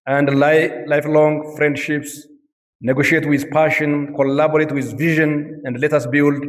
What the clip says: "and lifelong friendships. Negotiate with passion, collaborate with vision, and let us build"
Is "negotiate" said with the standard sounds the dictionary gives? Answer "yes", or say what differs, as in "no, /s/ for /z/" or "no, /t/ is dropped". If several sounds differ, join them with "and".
yes